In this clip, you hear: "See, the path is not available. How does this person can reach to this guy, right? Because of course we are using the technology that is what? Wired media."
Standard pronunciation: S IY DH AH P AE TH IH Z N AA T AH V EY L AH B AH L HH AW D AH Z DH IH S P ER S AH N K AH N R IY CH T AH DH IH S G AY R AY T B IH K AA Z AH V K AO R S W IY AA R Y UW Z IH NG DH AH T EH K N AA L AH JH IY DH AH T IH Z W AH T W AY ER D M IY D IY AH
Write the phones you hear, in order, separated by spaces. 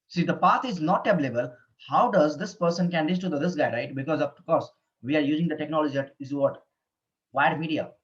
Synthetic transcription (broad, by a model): S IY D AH P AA T IH Z N AA T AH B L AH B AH L HH AW D AH Z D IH S P ER S AH N K AH N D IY S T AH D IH S G AY R AY T B IH K AA Z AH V K AO R S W IY AA R Y UW Z IH NG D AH T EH K N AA L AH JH IY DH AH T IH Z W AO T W AY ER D M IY D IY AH